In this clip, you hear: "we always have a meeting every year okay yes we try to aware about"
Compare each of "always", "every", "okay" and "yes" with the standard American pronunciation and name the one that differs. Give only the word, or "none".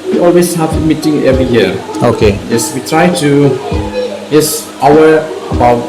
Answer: always